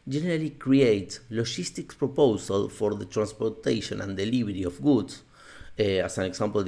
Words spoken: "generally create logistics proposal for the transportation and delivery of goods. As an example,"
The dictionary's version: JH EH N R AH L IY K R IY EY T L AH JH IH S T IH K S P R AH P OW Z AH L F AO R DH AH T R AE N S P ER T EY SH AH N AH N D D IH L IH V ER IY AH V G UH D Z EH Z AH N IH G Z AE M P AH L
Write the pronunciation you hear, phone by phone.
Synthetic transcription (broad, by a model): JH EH N R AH L IY K R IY EY T L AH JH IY S T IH K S P R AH P OW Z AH L F AO R DH AH T R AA N S P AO T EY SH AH N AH N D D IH L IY B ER IY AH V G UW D S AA S AH N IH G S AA M P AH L